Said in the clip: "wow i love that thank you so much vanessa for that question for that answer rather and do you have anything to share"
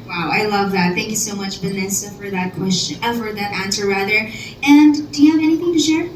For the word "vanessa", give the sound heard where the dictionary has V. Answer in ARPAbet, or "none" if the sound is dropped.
B